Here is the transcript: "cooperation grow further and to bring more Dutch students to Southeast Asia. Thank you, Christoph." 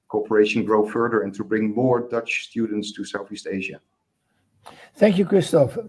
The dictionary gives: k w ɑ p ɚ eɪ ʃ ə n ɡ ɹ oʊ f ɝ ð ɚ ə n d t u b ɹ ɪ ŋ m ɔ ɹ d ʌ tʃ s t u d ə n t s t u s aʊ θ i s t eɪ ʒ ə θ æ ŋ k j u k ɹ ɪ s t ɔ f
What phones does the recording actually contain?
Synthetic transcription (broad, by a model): k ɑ p ɚ eɪ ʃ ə n ɡ ɹ oʊ f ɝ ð ɚ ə n t u b ɹ ɪ ŋ m ɔ ɹ d ʌ tʃ s t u d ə n t s t u s aʊ θ i s t eɪ ʒ ə θ æ ŋ k j u k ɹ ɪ s t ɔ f